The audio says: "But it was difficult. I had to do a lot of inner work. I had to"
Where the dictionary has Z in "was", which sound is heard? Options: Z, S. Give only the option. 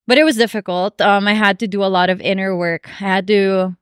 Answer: Z